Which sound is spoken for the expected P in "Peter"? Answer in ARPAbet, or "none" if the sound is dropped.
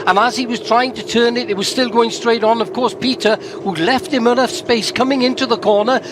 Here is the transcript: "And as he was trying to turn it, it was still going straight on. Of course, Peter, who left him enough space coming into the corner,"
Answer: P